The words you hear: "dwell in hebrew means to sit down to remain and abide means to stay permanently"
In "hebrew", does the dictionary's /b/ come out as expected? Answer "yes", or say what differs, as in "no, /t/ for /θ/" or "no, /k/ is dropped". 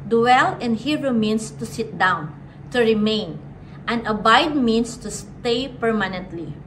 no, /b/ is dropped